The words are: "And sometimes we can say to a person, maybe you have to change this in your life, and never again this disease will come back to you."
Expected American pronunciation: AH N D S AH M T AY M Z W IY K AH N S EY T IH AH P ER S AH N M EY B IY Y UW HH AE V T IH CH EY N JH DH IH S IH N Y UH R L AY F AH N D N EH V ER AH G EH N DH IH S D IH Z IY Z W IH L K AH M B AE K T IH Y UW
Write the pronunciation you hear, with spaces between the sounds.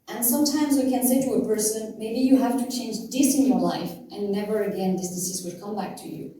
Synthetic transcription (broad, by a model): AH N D S AH M T AY M Z W IY K AH N S EY T IH AH P ER S AH N M EY B IY Y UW HH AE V T IH CH EY N JH DH IH S IH N Y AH R L AY F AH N N EH V ER AH G EH N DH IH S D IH S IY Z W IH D K AH M B AE K T IH Y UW